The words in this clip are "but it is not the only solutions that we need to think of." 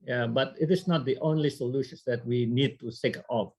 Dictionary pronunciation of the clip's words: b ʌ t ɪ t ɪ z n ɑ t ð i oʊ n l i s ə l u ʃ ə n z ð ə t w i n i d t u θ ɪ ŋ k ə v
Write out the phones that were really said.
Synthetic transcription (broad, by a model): b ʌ t ɪ t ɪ s n ɑ t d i oʊ n l i s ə l u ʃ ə n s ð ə t w i n i d t u s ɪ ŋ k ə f